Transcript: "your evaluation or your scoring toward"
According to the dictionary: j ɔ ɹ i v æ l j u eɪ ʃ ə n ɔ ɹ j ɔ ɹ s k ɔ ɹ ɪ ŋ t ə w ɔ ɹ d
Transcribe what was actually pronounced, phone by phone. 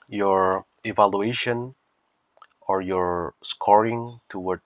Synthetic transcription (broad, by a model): j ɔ ɹ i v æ l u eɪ ʃ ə n ɔ ɹ j ɔ ɹ s k ɔ ɹ ɪ ŋ t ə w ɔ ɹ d